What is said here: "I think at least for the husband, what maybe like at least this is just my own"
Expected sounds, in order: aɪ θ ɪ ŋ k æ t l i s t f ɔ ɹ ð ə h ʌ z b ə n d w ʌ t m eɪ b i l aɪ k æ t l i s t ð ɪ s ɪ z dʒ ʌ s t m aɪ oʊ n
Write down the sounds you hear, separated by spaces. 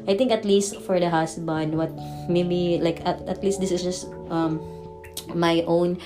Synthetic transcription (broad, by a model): aɪ t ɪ ŋ k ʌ t l i s t f ɔ ɹ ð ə h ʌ s b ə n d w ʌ t m eɪ b i l aɪ k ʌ t l i s t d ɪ s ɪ s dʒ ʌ s t m aɪ oʊ n